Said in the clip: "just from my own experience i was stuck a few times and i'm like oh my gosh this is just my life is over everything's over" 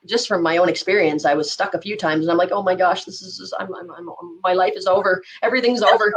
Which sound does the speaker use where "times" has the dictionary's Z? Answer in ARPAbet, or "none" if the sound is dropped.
Z